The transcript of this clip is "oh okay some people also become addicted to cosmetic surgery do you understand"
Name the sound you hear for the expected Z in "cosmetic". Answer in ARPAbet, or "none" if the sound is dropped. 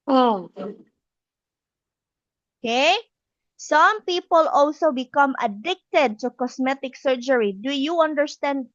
S